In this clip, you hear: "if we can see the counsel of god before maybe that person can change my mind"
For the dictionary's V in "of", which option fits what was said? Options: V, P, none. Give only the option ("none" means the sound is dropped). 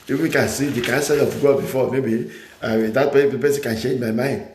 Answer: P